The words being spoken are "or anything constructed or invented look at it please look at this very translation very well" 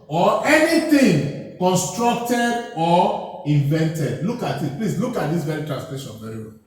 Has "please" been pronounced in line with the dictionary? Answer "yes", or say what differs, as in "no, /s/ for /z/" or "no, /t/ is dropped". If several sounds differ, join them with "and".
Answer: no, /s/ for /z/